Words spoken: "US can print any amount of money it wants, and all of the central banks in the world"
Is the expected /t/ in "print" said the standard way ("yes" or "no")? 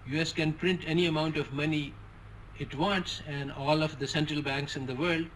yes